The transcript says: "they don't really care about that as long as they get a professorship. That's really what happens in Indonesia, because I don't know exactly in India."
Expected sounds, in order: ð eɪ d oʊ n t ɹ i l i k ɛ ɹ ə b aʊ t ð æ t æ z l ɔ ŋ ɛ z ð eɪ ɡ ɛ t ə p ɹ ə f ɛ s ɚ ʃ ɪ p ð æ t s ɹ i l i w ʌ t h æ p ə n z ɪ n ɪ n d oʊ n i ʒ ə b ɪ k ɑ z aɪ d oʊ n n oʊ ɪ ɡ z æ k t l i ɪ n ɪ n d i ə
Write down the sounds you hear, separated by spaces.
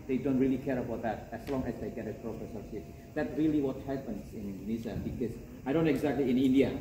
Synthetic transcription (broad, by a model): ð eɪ d oʊ n t ɹ i l i k ɛ ɹ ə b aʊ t ð æ t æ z l ɔ ŋ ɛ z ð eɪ ɡ ɛ t ə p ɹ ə p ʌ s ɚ s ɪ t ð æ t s ɹ i l i w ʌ t h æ p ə n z ɪ n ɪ n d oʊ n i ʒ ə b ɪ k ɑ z aɪ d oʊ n n oʊ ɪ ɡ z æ k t l i ɪ n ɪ n d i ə